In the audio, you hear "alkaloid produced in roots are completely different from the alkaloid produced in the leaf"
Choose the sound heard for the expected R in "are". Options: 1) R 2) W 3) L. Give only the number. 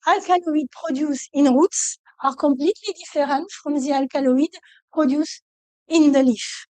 1